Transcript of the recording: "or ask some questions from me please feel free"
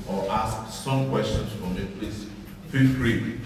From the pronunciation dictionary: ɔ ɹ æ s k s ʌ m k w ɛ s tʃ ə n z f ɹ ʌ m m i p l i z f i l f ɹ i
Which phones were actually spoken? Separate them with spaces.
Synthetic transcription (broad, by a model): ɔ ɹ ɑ s k s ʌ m k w ɛ s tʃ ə n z f ɹ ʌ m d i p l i s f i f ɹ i